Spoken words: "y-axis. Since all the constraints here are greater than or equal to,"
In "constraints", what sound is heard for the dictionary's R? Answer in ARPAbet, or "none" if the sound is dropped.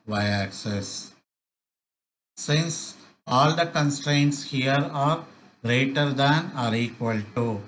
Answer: R